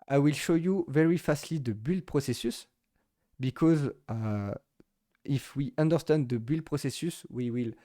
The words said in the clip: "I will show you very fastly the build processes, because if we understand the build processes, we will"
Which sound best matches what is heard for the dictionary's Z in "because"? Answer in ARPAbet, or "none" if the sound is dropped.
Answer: Z